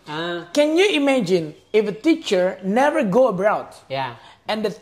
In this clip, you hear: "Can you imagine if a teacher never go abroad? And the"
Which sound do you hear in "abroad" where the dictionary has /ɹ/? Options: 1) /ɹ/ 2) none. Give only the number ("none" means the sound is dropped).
2